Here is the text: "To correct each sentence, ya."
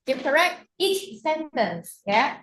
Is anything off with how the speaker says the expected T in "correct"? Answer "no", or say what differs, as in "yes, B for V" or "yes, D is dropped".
no